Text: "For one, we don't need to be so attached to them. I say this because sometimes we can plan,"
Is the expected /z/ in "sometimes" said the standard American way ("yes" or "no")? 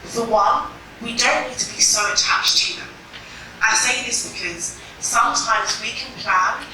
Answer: yes